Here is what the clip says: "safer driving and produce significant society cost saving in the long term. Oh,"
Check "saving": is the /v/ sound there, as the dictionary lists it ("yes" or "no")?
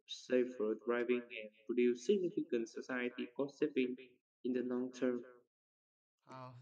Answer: no